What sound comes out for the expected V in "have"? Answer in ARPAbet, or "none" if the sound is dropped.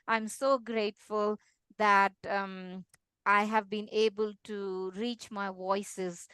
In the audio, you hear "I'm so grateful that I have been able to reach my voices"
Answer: V